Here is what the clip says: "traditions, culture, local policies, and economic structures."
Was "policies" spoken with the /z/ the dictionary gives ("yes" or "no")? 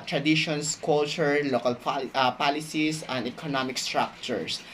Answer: no